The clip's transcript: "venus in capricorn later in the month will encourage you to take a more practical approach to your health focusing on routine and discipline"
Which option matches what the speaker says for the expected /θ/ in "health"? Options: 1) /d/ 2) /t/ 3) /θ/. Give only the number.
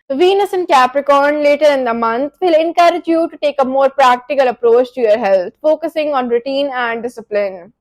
2